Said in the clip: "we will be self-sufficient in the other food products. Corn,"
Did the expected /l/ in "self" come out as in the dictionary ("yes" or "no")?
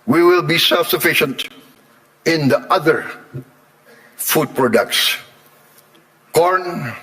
yes